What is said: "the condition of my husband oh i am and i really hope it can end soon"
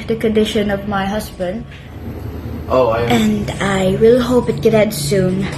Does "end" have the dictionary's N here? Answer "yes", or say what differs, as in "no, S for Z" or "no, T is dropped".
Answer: no, N is dropped